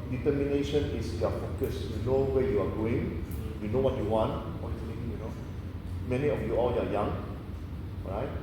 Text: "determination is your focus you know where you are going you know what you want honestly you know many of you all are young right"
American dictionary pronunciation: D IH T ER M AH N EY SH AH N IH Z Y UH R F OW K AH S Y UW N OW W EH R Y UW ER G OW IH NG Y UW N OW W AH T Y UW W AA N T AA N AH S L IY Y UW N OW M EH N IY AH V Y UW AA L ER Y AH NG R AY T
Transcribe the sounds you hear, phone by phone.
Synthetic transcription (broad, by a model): D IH T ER M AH N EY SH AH N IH S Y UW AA F OW K AH S Y UW N OW W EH Y UW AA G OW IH NG Y UW N OW W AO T Y UW W AA N T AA AH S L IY Y UW N OW M EH N IY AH F Y UW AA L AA Y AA NG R AY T